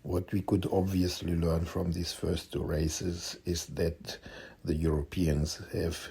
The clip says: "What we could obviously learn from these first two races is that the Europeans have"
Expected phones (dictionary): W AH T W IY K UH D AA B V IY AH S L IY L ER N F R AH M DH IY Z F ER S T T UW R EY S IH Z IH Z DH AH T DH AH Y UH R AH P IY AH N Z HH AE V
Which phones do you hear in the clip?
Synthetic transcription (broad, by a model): W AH T W IY K UH D AA B V IY AH S L IY L ER N F R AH M DH IY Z F ER S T T UW R EY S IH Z IH Z DH AH T DH AH Y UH R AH P IY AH N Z HH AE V